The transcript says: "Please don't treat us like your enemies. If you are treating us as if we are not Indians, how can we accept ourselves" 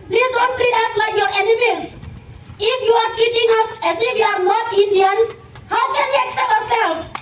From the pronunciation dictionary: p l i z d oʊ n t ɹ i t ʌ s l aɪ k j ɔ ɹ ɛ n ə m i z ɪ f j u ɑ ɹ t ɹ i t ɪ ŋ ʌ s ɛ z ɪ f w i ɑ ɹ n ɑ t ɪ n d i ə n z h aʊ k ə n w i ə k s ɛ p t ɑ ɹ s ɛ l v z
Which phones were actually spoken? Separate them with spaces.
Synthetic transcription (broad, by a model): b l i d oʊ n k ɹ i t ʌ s l aɪ k j ɔ ɹ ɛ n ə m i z ɪ f j u ɑ ɹ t i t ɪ ŋ ʌ s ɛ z ɪ f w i ɑ ɹ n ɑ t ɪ n d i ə n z h aʊ k ə n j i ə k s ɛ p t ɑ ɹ s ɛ l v